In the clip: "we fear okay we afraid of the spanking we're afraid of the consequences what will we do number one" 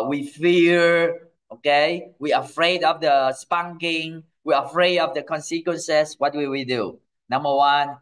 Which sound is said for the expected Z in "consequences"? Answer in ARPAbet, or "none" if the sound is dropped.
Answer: S